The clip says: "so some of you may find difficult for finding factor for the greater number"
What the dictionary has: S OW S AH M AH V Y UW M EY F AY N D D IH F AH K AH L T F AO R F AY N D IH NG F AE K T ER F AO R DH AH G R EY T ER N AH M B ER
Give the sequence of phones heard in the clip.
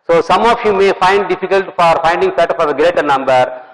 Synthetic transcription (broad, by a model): S OW S AH M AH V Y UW M EY F AY N D D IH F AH K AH L T F AO R F AY N D IH NG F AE T F AO R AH G R EY T ER N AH M B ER